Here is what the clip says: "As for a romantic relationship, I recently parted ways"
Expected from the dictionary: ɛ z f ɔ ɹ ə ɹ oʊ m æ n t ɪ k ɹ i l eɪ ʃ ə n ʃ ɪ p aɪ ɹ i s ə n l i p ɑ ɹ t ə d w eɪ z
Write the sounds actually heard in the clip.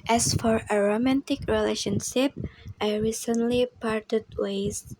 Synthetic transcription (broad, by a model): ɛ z f ɔ ɹ ə ɹ oʊ m æ n t ɪ k ɹ i l eɪ ʃ ə n ʃ ɪ p aɪ ɹ i s ə n l i p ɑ ɹ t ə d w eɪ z